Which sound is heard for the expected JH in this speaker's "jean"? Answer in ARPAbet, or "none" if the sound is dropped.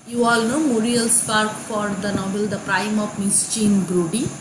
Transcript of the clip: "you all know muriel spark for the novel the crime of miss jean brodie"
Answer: CH